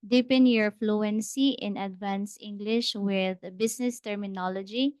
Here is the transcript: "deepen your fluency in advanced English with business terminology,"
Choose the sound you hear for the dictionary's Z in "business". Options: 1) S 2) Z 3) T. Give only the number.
1